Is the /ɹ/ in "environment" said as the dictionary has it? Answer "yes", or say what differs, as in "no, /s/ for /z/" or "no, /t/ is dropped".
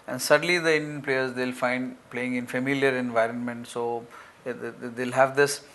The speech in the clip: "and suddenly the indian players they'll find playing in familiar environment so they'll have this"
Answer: yes